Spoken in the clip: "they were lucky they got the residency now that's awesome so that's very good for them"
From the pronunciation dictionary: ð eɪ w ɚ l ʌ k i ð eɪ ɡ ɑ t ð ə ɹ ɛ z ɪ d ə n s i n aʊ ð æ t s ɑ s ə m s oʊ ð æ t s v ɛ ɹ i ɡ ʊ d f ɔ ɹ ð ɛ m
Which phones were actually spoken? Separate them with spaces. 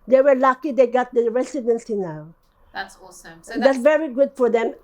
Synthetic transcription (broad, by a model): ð eɪ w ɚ l ʌ k i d eɪ ɡ ɑ t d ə ɹ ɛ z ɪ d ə n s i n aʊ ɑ ə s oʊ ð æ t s v ɛ ɹ i ɡ ʊ d f ɔ ɹ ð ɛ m